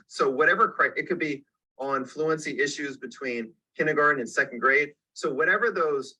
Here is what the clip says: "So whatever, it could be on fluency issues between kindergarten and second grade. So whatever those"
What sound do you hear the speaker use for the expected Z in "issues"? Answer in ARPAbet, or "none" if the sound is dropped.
Z